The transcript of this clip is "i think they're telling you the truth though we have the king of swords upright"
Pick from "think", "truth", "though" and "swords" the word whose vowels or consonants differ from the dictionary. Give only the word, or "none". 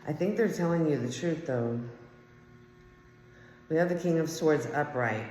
none